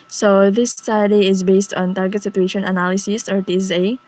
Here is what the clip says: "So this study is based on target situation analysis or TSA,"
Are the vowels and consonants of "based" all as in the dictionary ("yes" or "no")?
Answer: yes